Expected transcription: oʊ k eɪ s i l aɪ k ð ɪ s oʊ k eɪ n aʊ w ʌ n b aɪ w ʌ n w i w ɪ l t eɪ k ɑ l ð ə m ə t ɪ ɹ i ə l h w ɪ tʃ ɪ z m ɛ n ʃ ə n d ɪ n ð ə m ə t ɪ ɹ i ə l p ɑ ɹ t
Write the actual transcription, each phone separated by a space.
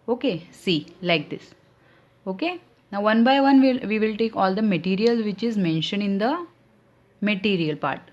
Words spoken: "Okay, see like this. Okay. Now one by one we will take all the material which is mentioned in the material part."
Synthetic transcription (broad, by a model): oʊ k eɪ s i l aɪ k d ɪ s oʊ k eɪ n aʊ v ʌ n b aɪ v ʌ n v i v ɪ l t eɪ k ɑ l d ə m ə t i ɹ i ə l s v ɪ tʃ ɪ z m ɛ n ʃ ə n ɪ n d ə m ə t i ɹ i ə l p ɑ ɹ t